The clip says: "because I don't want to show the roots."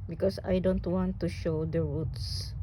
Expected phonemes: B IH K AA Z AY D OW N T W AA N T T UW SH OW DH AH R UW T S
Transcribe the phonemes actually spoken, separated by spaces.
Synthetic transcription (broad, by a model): B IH K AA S AY D OW N T W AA N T T UW SH OW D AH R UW T S